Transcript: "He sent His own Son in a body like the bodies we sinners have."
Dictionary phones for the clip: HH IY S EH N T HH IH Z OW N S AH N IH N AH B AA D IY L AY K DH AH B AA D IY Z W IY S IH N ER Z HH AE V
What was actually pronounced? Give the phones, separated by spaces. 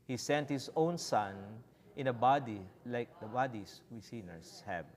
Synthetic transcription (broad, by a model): HH IY S EH N T HH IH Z OW N S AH N IH N AH B AA D IY L AY K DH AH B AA D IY S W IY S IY N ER S HH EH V